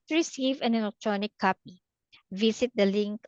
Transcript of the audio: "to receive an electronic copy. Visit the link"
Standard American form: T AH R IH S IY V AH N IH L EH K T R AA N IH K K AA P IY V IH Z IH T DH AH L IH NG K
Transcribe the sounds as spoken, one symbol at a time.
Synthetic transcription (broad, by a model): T R IH S IY V AH N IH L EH K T R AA N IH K K AA P IY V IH S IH T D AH L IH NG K